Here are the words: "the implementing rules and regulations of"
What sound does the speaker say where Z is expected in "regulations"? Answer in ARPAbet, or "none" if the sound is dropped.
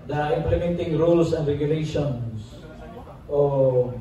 S